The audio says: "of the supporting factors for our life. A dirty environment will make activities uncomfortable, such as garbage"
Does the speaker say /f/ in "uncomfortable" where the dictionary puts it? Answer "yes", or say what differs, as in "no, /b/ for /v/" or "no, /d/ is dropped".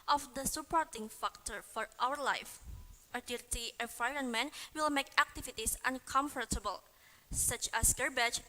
yes